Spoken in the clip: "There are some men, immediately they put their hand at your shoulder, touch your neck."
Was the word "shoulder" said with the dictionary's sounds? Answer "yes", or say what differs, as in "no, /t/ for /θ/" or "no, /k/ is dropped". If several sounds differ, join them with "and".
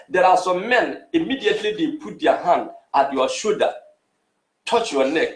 no, /l/ is dropped